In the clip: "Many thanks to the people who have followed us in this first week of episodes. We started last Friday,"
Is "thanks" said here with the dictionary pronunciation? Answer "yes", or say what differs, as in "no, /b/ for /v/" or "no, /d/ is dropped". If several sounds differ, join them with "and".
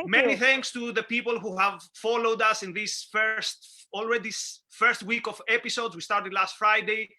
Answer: yes